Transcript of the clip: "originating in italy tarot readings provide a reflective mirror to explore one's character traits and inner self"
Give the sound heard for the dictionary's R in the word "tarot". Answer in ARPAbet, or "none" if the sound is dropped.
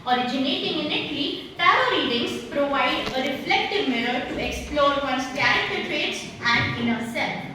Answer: none